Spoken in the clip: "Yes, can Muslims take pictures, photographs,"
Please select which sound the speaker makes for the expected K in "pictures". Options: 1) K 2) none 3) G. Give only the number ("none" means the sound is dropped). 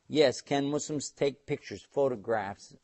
1